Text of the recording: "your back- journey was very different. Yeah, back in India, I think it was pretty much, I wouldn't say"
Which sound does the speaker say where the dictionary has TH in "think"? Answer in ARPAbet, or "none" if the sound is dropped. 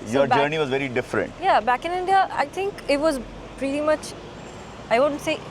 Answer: T